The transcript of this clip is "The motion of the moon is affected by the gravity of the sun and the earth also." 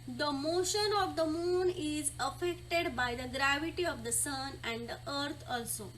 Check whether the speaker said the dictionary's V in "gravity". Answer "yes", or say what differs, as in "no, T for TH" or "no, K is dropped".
yes